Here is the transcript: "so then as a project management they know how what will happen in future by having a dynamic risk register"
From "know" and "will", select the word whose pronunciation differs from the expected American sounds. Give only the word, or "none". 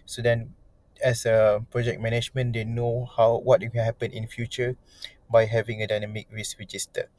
will